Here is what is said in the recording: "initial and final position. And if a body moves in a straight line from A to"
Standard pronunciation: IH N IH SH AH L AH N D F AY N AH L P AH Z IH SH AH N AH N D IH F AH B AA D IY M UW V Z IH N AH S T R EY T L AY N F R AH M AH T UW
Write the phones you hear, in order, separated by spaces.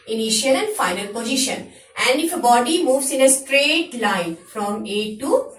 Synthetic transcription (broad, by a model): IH N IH SH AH L AH N D F AY N AH L P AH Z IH SH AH N AH N D IH F AH B AA D IY M UW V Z IH N AH S T R EY T L AY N F R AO M AH T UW